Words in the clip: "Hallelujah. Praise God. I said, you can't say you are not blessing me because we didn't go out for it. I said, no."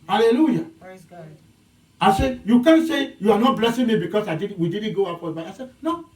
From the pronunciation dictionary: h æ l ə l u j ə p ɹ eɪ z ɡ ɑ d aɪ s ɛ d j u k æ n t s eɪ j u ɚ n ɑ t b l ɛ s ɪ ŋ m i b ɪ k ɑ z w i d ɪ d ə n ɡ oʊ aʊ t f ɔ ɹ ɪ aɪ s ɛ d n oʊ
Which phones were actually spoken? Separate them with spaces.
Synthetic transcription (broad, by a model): h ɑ l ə l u j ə ɑ ɪ s ɛ d j u k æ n s eɪ j u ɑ n ɑ t b l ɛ s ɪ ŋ m i b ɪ k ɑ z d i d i d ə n ɡ oʊ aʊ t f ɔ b ɪ aɪ s ɛ d n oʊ